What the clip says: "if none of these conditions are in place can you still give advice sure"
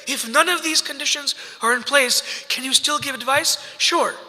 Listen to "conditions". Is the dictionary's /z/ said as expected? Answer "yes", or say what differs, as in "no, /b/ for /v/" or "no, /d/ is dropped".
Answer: yes